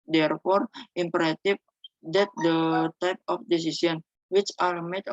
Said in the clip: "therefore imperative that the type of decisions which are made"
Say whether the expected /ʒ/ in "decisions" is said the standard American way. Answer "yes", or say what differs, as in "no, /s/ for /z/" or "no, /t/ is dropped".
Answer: no, /s/ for /ʒ/